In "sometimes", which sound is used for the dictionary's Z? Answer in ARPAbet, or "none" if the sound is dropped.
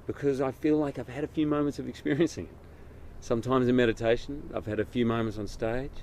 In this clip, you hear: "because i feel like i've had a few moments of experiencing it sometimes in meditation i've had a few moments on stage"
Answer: Z